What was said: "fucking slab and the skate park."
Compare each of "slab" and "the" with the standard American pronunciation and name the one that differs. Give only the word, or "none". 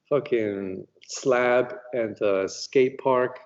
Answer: none